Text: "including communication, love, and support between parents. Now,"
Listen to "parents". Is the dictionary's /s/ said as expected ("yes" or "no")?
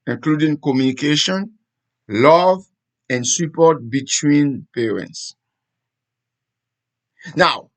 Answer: yes